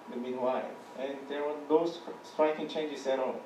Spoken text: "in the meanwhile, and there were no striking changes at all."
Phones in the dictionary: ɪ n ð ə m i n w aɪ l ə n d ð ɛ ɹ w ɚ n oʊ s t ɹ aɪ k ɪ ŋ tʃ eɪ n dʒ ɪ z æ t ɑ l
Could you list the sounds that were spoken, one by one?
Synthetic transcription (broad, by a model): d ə m i n w aɪ l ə n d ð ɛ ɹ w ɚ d oʊ s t ɹ aɪ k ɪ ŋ tʃ eɪ n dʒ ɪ s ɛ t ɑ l